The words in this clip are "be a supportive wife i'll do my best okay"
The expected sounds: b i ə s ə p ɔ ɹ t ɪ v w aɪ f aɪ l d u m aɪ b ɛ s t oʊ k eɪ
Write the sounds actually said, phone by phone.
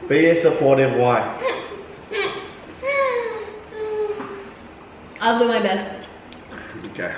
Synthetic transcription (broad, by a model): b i ə s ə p ɔ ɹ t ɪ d w aɪ aɪ l d u m aɪ b ɛ s t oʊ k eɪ